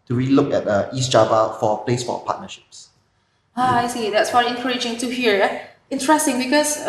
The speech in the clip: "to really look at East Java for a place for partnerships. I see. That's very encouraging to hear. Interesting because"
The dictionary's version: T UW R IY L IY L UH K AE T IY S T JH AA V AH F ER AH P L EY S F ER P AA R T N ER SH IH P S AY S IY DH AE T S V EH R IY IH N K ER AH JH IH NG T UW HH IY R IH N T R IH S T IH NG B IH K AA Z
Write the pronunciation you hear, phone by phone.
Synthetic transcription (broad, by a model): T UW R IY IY L UH K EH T IY S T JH AA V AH F AH P L EY S F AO P AA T N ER SH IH P S AY S IY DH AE T S F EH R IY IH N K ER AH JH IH NG T UW HH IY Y IH N T R IH S T IH NG B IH K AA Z